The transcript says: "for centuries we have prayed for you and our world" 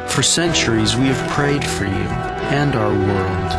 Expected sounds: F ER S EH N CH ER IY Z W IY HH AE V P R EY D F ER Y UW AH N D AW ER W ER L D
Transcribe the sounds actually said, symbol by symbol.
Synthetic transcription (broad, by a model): F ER S EH N CH ER IY Z W IY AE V P R EY D F ER Y UW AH N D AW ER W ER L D